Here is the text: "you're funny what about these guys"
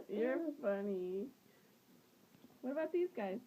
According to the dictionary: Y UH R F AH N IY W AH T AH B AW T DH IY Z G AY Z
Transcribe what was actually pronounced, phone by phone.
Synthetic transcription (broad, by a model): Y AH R F AH N IY W AH T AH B AW T DH IY Z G AY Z